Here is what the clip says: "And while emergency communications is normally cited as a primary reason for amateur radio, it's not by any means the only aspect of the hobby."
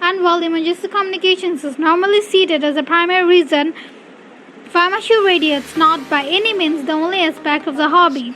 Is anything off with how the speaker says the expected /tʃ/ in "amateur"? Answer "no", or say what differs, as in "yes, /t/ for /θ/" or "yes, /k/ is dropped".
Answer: yes, /ʃ/ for /tʃ/